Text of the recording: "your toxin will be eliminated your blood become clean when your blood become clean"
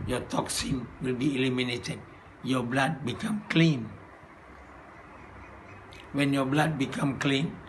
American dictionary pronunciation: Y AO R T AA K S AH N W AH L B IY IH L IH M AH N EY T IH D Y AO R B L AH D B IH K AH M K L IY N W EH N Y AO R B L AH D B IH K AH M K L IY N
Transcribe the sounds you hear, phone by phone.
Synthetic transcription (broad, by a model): Y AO T AA K S AH N W AH L B IY L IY M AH N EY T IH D Y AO B L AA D B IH K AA M K L IY N W EH N Y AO B L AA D B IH K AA M K L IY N